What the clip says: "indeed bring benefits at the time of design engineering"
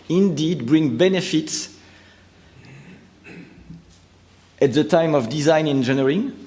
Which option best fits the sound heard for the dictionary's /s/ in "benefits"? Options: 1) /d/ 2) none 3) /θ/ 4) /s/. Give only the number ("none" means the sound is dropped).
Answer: 4